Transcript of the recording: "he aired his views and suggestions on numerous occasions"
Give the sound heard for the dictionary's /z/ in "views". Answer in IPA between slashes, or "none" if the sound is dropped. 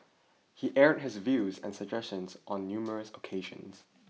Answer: /z/